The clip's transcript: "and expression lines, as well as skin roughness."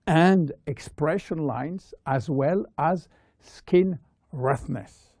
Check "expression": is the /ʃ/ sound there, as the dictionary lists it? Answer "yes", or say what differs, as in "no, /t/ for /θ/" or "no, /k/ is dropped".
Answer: yes